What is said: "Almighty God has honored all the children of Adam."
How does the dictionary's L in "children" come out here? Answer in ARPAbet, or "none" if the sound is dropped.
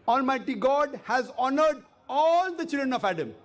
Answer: L